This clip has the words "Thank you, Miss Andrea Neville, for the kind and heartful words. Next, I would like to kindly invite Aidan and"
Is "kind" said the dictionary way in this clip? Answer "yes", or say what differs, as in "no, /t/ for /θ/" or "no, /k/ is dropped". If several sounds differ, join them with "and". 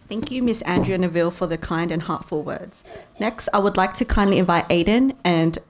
yes